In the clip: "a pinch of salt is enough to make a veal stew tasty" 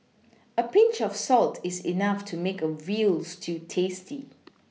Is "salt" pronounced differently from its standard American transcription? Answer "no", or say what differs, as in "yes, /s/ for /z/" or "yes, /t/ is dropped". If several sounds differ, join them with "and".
no